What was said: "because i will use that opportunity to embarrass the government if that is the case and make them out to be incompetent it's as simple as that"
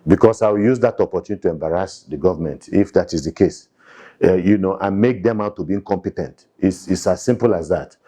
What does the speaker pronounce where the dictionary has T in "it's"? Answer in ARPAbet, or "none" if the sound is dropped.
S